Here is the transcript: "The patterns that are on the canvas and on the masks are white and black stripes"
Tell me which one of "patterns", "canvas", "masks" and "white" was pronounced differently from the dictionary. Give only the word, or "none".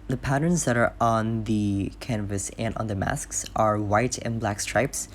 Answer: none